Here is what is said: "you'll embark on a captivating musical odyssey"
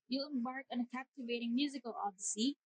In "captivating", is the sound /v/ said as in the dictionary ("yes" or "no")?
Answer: yes